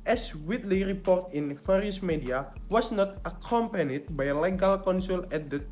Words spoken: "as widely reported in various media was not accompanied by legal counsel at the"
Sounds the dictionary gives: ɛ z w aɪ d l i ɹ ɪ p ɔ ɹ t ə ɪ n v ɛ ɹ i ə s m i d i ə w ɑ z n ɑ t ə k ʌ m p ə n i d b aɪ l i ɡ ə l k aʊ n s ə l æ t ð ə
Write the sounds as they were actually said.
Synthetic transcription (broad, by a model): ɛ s w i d l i ɹ ɪ p ɔ ɹ t ə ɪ n f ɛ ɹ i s m i d i ə w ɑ s n ɑ t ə k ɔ m p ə n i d b aɪ l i ɡ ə l k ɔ n s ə l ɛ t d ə